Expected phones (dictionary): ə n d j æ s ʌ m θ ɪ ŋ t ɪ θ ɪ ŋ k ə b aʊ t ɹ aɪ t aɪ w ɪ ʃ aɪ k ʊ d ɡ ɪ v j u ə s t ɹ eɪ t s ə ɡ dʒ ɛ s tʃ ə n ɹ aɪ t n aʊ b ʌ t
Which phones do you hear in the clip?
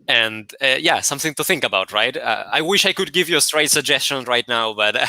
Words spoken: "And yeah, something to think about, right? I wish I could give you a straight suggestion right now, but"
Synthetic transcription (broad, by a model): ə n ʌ j æ s ʌ m θ ɪ ŋ t ɪ θ ɪ ŋ k ə b aʊ t ɹ aɪ t aɪ w ɪ ʃ aɪ k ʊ d ɡ ɪ v j ə s t ɹ eɪ t s ə ɡ dʒ ɛ s tʃ ə n ɹ aɪ t n aʊ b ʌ t